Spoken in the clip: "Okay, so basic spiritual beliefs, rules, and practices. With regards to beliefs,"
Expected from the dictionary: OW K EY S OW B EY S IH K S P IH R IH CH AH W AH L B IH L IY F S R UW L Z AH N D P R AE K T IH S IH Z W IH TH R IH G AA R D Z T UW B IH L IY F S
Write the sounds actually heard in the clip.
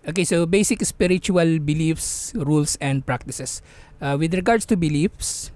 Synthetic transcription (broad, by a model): OW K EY S OW B EY S IH K S P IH R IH CH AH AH L B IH L IY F S R UW L S AH N D P R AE K T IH S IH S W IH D R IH G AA R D S T UW B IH L IY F S